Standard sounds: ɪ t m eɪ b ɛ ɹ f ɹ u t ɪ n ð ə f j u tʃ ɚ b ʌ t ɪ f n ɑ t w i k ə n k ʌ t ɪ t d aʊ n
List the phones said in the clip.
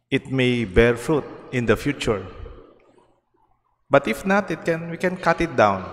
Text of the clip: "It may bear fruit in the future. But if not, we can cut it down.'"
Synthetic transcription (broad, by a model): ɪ t m eɪ b ɛ ɹ f ɹ u t ɪ n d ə f j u tʃ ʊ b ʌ t ɪ f n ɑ t w i k ə n k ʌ t ɪ t d aʊ n